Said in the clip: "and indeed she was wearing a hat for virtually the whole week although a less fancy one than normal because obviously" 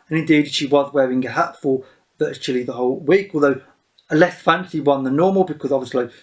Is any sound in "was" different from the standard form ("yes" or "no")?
no